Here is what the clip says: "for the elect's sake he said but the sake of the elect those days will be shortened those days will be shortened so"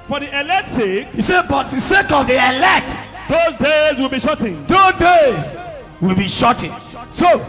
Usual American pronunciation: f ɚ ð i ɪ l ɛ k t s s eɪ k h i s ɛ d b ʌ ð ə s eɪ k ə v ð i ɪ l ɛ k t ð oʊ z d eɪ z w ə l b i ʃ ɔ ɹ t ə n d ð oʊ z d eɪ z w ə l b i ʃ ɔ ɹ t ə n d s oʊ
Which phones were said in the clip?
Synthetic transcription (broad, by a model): f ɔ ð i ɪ l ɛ t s s eɪ k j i s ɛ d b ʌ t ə s eɪ k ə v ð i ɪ l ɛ t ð oʊ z d eɪ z w ə l b i ʃ ɔ t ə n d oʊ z d eɪ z w ə l b i ʃ ɔ t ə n s oʊ